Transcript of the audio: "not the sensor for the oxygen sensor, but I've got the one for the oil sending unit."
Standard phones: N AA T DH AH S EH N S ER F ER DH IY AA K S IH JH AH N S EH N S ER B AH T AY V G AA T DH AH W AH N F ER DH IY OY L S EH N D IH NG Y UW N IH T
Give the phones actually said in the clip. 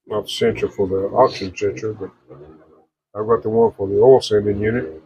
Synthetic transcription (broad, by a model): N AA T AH S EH N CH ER F ER DH IY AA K SH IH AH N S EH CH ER B AH T AY V G AA T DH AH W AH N F ER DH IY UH L S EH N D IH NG Y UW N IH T